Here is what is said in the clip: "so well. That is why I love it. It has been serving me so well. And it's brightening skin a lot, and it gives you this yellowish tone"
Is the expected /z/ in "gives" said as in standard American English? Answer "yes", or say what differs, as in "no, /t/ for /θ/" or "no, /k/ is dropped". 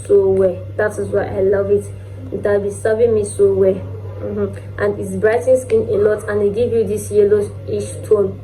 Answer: no, /z/ is dropped